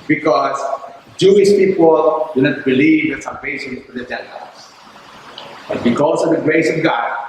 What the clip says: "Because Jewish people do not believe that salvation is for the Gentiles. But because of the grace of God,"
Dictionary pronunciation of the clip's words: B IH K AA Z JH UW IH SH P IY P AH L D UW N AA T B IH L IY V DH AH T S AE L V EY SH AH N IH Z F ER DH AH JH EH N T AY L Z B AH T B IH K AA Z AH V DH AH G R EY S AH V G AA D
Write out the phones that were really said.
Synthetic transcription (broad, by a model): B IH K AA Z JH UW IH SH P IY P AH L D UW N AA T B IH L IY V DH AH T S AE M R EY AH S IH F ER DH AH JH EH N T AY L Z B AH T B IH K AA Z AH V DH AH G R EY S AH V G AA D